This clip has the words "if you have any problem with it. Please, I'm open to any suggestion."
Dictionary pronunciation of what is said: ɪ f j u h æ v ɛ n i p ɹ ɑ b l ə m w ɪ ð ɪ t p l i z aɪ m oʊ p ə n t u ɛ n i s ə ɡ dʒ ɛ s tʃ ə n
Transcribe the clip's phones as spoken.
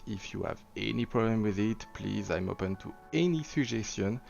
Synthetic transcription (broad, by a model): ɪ f j u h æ v ɛ n i p ɹ ɑ b l ə m w ɪ ð ɪ t p l i z aɪ m oʊ p ə n t u ɛ n i s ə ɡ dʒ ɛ s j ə n